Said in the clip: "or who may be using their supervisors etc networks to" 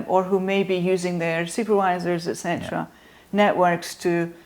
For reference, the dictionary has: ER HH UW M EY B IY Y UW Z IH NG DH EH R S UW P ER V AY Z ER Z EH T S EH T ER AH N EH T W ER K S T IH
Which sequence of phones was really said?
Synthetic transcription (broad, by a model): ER HH UW M EY B IY Y UW Z IH NG DH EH R S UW P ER V AY Z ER Z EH T S EH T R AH N EH T W ER K S T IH